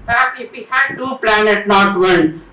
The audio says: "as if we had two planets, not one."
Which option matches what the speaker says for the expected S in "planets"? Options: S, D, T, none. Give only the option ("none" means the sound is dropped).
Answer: none